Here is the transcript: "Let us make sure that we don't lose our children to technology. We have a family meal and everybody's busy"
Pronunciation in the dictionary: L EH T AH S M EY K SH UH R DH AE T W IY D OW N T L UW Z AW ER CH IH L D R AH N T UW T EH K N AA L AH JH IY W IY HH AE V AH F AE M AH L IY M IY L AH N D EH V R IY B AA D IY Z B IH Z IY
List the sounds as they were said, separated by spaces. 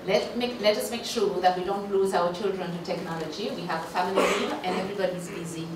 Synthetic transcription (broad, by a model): L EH T AH S M EY K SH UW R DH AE T W IY D OW N T L UW Z AW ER CH IH L D R AH N T UW T EH K N AA L AH JH IY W IY HH AE V AH F AE M AH L IY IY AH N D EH V R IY B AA D IY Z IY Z IY